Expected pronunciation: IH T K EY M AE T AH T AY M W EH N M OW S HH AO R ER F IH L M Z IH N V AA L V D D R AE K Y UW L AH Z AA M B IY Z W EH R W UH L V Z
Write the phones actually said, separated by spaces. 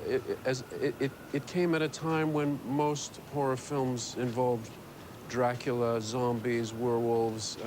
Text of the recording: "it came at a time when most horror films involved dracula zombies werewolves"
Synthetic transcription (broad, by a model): IH T K EY M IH T AH T AY M W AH N M OW S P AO R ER F IH L M Z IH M V AA L V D D R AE K Y L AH Z AA M B IY Z W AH R W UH L V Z